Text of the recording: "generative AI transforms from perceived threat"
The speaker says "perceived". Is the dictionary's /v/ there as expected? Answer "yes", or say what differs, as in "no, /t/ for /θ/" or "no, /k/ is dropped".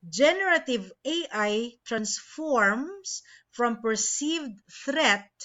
yes